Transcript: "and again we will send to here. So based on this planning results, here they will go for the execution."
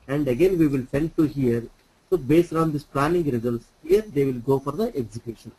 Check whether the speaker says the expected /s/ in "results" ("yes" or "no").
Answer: yes